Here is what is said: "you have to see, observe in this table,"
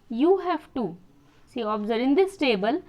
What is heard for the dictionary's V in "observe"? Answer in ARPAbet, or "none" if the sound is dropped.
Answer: none